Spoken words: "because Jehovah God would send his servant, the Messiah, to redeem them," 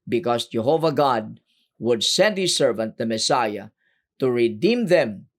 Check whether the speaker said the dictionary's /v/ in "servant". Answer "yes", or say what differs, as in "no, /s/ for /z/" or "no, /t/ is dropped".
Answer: yes